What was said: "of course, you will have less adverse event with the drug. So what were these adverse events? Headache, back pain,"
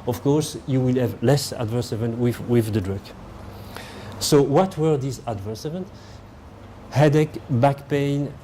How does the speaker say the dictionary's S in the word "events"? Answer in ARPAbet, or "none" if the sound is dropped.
none